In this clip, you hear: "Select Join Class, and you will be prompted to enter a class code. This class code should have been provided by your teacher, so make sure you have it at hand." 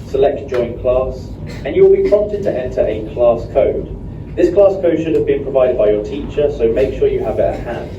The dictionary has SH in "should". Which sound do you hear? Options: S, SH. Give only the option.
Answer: SH